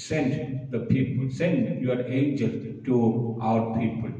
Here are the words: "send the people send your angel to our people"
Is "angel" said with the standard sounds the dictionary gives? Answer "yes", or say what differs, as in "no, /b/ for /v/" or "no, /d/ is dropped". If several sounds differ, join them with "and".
yes